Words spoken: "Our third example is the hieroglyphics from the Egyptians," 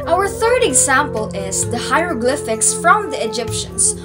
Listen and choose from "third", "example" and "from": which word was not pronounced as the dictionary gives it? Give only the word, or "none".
none